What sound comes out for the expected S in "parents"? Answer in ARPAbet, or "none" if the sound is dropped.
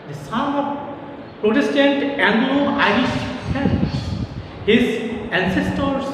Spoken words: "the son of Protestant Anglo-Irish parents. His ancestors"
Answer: none